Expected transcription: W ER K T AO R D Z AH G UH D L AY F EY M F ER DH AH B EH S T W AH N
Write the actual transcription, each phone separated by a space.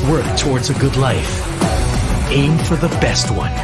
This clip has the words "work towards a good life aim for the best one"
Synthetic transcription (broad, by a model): W ER K T AO R D Z AH G UH D L AY F EY M F ER DH AH B EH S T W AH N